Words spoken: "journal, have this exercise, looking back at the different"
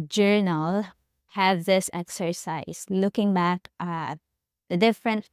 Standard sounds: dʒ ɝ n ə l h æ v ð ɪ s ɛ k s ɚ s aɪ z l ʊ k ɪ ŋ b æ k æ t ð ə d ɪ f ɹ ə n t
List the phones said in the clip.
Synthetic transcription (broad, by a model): dʒ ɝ n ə l h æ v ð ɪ s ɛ k s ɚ s aɪ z l ʊ k ɪ ŋ b æ k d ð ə d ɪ f ɹ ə n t